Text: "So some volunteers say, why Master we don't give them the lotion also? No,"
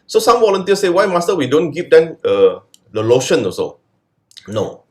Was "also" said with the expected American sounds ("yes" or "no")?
no